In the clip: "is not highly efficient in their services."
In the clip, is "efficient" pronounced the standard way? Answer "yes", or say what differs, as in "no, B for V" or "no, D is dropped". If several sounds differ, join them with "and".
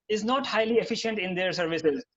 yes